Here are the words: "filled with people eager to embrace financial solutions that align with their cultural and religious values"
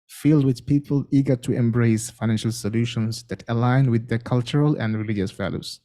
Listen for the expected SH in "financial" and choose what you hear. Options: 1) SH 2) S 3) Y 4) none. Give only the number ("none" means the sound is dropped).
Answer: 1